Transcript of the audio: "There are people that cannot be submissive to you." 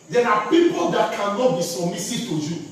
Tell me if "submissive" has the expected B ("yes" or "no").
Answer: no